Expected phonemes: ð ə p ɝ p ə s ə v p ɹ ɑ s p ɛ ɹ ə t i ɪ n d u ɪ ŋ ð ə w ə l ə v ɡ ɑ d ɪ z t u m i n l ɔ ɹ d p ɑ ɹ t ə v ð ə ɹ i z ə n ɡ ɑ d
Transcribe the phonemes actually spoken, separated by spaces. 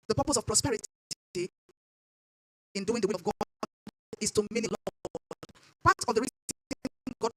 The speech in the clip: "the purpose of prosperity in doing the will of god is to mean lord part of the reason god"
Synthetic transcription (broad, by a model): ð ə p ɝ p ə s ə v p ɹ ɑ s p ɛ ɹ ə t i ɪ n d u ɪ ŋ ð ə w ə ə v ɡ ɑ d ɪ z t u m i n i l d p ɑ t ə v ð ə ɹ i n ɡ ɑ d